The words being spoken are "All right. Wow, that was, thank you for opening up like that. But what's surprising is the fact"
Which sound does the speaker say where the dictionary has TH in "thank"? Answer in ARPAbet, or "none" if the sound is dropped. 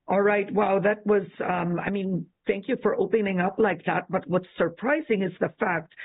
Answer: TH